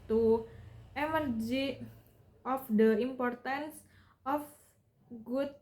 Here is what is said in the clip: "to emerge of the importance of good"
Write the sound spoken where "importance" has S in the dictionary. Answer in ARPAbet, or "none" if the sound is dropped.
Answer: S